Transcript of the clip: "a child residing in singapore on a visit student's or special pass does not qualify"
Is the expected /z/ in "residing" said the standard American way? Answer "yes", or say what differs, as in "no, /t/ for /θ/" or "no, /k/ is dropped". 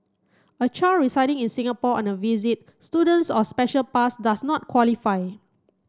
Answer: no, /s/ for /z/